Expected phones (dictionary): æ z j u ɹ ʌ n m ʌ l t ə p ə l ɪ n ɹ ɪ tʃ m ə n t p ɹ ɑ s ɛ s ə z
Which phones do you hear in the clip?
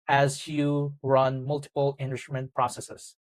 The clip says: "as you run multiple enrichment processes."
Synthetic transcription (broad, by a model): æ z j u ɹ ʌ n m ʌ l t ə p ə l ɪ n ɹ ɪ m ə n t p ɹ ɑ s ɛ s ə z